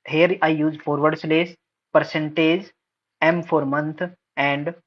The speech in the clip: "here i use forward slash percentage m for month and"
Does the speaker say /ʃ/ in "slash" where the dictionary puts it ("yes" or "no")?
no